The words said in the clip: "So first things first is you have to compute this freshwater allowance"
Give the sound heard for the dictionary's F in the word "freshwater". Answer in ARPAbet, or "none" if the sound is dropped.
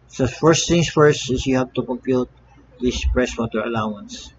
P